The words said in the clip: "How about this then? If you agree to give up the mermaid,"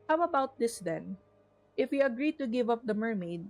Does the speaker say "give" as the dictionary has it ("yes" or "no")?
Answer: yes